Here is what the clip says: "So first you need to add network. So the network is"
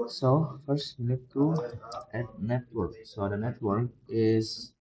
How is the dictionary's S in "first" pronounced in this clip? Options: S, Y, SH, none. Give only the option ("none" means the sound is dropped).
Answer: S